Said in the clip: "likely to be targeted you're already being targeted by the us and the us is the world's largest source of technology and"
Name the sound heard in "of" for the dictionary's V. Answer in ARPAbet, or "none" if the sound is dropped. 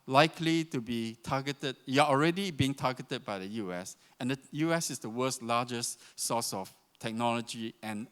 F